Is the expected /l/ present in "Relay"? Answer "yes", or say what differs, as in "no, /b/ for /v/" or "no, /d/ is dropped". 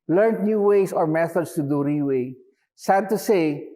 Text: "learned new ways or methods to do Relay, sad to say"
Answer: no, /w/ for /l/